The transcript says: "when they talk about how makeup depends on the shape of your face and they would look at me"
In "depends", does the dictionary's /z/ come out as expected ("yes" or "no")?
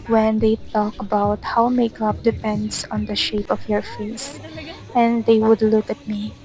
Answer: no